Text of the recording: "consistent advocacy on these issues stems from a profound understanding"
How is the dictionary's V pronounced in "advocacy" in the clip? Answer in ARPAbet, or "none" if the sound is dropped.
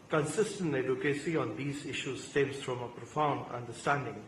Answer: none